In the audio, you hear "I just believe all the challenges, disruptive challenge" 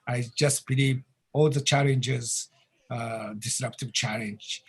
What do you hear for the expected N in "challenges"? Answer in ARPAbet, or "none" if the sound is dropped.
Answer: N